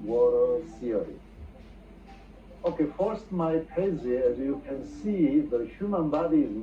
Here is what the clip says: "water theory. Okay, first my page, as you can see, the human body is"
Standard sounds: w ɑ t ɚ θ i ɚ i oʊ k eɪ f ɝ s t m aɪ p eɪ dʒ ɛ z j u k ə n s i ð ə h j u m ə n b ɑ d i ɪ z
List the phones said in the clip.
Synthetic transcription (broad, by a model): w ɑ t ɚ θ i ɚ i oʊ k eɪ f ɝ s t m aɪ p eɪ z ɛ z j u k ə n s i ð ə h j u m ə n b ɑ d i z